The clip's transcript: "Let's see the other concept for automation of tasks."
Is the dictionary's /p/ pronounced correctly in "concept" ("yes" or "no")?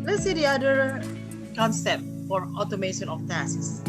yes